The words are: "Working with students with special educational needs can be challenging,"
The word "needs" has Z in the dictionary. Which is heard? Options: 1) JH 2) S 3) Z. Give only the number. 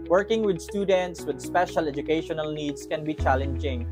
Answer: 2